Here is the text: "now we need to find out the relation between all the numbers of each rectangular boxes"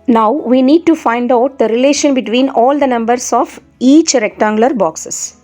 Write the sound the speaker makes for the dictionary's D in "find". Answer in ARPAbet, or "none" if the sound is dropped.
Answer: D